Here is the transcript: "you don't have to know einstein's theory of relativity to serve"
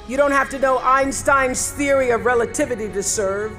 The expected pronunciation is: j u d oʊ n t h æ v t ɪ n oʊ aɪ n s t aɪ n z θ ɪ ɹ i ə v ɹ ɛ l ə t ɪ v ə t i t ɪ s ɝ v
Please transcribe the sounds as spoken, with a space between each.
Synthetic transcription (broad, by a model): j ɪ d oʊ n t h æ f t ɪ n oʊ aɪ n s t aɪ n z θ ɪ ɹ i ə v ɹ ɛ l ə t ɪ v ə t i t ɪ s ɝ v